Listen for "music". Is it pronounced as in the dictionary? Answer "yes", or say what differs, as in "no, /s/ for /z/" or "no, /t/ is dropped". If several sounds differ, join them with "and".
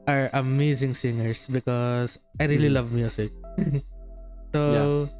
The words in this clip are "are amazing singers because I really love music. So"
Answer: no, /s/ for /z/